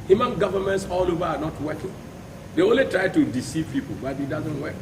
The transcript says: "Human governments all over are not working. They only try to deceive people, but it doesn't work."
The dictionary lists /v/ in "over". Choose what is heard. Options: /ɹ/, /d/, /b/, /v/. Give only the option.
/v/